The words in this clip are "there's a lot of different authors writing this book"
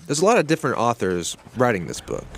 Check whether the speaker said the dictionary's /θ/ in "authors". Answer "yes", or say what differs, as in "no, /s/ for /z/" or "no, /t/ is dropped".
yes